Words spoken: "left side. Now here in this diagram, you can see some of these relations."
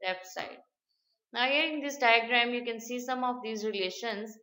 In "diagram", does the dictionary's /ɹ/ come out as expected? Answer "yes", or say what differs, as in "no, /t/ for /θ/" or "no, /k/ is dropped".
yes